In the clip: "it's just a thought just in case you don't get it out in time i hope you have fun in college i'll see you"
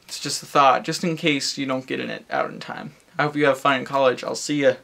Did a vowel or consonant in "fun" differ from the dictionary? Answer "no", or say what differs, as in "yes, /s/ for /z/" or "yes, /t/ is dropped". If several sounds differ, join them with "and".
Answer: yes, /n/ is dropped